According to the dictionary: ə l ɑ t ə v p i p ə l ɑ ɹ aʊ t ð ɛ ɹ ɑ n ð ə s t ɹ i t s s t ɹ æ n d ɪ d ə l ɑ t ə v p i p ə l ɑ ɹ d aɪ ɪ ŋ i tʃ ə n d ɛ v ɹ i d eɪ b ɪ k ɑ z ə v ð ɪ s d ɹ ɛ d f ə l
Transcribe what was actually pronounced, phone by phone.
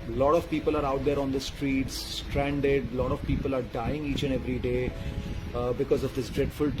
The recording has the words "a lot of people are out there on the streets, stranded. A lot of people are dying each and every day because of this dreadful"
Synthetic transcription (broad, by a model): l ɑ t ə v p i p ə l ɑ ɹ aʊ t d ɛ ɹ ɑ n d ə s t ɹ i t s s t ɹ æ n d ɪ d l ɑ t ə v p i p ə l ɑ ɹ d aɪ ɪ ŋ i tʃ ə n ɛ v ɹ i d eɪ b ɪ k ɑ z ə v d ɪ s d ɹ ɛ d f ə l